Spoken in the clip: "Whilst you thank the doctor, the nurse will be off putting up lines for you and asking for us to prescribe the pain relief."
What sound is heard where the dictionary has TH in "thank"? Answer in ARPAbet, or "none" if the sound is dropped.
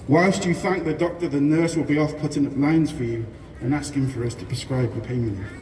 TH